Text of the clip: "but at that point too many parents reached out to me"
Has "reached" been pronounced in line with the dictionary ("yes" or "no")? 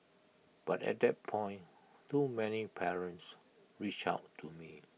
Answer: no